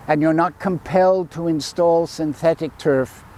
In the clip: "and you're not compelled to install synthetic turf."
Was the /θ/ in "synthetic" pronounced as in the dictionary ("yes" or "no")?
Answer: yes